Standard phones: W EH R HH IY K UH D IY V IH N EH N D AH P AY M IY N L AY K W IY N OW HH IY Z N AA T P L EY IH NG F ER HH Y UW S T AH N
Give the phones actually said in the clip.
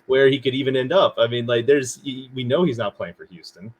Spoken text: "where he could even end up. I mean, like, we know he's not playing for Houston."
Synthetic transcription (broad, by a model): W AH R HH IY K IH D IY V IH N EH N D AH P AY M IY N L AY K W IY N OW HH IY Z N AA T P L EY IH NG F ER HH Y UW S T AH N